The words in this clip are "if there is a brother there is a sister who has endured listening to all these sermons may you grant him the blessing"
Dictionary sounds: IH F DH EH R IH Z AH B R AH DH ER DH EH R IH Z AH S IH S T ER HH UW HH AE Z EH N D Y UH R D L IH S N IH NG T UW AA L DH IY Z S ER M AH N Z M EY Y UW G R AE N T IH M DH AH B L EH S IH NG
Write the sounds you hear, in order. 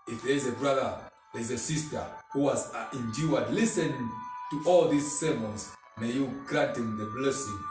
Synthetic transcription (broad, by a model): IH F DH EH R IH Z AH B R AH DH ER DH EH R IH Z AH S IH S T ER HH UW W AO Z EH N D Y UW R D L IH S IH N T UW AA L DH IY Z S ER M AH N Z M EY Y UW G R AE N T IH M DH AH B L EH S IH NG